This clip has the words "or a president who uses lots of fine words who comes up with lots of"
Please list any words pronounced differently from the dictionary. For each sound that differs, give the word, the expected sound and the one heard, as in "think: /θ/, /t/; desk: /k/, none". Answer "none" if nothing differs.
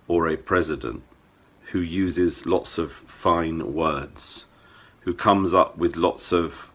none